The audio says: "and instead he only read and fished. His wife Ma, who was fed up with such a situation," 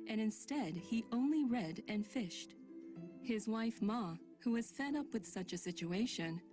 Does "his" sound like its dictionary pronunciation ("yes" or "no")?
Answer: yes